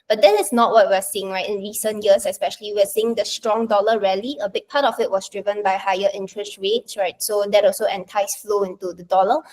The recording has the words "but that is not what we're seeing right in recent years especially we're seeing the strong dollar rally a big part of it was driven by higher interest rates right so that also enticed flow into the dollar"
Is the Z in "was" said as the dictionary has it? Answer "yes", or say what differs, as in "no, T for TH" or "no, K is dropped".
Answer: no, S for Z